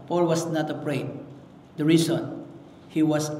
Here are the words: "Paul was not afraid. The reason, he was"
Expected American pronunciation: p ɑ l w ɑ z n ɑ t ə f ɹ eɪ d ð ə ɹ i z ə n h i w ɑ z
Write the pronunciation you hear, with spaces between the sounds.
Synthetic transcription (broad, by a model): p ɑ l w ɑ s n ɑ t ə p ɹ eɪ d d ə ɹ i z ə n h i w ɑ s